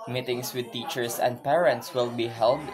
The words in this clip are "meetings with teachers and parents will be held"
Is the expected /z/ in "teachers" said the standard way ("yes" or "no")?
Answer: no